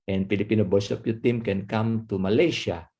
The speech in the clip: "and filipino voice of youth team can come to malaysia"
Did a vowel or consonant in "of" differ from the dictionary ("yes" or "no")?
yes